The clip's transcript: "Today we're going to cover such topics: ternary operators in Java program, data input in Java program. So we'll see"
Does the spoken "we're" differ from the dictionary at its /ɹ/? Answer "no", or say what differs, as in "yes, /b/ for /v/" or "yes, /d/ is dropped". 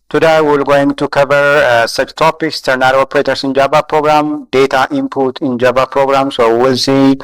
yes, /l/ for /ɹ/